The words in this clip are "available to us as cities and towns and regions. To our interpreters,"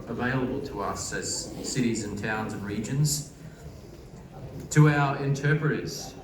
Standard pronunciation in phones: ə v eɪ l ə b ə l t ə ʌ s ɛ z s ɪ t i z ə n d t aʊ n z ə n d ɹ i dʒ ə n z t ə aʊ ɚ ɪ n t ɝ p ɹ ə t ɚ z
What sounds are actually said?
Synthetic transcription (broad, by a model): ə v eɪ l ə b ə l t ə ʌ s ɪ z s ɪ t i z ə n t aʊ n z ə n ɹ i dʒ ə n z t ə aʊ ɚ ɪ n t ɝ p ɹ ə t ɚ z